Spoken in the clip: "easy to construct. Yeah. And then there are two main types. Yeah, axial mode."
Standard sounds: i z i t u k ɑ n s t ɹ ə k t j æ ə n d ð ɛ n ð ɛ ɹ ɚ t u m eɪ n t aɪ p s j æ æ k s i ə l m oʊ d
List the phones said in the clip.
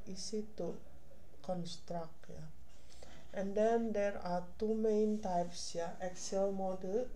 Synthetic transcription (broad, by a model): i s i t u k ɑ n s t ɹ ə k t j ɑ ə n d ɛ n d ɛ ɹ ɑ t u m eɪ n t aɪ p s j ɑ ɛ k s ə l m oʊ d